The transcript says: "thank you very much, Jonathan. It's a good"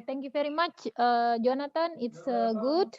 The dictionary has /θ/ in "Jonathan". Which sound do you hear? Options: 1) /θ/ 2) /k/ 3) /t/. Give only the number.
3